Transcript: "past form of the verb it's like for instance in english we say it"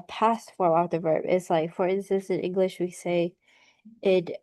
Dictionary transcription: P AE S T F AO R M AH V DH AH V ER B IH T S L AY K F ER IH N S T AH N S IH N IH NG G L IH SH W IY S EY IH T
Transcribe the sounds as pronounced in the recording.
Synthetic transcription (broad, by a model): P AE S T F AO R AH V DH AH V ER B IH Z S L AY K F ER IH N S T AH N S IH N IH NG G L IH SH W IY S EY IH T